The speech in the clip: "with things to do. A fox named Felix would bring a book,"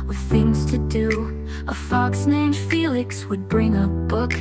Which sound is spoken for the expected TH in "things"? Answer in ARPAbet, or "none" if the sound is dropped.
TH